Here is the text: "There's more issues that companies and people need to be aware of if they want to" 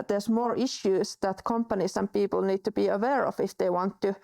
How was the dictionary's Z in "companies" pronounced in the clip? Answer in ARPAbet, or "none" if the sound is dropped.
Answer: S